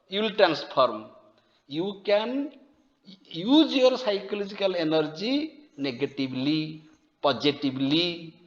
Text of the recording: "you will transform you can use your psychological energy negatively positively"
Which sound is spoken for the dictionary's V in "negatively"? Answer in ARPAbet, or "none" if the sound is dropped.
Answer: B